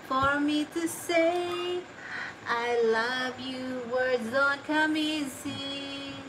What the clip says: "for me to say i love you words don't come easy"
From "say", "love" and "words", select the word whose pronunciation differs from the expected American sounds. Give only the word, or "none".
none